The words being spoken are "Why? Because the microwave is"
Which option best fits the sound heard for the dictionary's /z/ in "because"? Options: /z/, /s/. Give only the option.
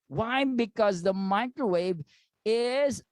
/z/